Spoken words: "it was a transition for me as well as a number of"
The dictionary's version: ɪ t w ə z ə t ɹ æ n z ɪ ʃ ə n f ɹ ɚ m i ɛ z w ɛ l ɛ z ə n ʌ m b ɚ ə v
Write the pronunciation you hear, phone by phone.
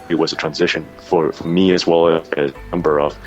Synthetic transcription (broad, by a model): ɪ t w ə z ə t ɹ æ n z ɪ ʃ ə n f ɹ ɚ m i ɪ z w ɛ l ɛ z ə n ʌ m b ɚ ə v